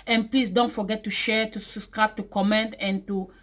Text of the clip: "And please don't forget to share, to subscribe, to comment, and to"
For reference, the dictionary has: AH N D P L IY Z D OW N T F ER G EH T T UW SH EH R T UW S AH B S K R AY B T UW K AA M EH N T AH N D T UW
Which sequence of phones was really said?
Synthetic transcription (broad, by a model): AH N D P L IY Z D OW N T F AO G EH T T UW SH EH R T UW S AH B S K R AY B T UW K AA M EH N T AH N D T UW